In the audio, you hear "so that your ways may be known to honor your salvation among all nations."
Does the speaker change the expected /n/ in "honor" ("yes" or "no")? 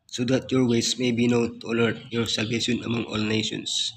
yes